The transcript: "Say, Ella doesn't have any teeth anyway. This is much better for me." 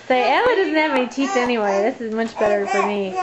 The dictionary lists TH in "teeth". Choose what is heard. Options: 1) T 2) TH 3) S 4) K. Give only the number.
3